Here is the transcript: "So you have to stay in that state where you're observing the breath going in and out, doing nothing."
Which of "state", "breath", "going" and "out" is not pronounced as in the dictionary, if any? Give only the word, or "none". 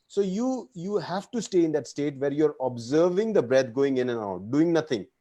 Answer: breath